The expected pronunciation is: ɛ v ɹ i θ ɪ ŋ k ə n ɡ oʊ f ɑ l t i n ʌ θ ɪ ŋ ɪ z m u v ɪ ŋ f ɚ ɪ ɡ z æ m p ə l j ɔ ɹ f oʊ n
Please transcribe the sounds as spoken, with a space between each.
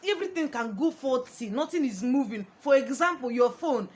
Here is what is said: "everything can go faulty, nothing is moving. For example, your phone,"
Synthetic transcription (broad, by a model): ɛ v ɹ i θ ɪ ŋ k ə n ɡ oʊ f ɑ t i n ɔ t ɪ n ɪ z m u v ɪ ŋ f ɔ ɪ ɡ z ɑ m p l j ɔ f oʊ n